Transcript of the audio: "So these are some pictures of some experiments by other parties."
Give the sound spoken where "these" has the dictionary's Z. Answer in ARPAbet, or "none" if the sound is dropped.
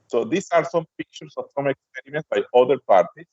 S